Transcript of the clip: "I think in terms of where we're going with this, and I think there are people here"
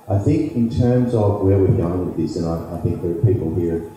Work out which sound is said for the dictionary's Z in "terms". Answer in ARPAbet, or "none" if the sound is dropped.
Z